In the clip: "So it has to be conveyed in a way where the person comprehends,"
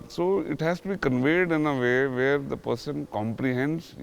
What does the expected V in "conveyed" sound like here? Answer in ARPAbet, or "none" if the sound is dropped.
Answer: V